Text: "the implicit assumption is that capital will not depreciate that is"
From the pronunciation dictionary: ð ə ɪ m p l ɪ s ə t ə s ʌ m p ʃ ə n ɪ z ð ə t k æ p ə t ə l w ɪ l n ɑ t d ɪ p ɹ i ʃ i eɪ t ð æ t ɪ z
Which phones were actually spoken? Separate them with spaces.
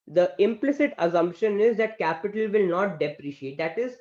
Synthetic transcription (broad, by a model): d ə ɪ m p l ɪ s ə t ə s ʌ m p ʃ ə n ɪ z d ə t k æ p ə t ə l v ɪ l n ɑ t d ɪ p ɹ i ʃ i eɪ t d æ t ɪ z